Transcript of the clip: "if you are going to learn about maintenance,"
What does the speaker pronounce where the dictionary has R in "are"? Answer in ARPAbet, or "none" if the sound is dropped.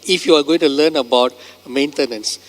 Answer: R